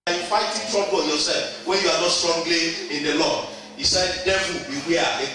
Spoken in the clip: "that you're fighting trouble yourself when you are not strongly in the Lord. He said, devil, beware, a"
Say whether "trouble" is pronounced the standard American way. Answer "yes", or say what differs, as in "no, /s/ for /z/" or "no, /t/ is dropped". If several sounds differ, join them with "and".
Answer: no, /n/ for /l/